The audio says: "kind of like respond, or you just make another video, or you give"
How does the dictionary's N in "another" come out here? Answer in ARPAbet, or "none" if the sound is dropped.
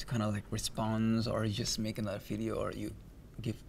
L